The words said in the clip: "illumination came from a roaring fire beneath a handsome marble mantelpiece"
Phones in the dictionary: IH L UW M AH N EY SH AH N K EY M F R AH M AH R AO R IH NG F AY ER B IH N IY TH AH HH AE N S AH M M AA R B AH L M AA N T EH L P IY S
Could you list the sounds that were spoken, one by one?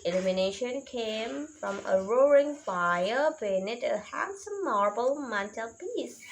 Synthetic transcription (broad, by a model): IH L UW M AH N EY SH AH N K EY M F R AH M AH R AO R IH NG F AY ER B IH N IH T AH HH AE N S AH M M AA R B AH L M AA N T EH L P IY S